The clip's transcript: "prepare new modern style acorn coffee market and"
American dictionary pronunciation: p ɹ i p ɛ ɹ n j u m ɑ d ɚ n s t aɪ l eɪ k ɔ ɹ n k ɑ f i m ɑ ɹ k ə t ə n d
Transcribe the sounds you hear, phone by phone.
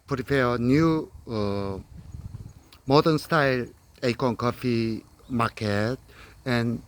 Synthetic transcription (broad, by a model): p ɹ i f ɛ n j u m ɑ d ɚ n s t aɪ l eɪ k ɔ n k ɑ f i m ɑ k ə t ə n